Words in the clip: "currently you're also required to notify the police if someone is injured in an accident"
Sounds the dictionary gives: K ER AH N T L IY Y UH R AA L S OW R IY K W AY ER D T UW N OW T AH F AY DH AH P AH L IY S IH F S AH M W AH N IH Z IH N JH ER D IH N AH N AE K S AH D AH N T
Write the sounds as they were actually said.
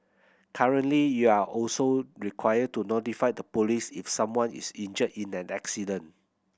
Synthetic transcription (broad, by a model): K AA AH N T L IY Y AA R AA L S OW R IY K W AY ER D T UW N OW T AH F AY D AH P AH L IY S IH F S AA M W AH N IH S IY N JH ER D IH N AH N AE K S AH D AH N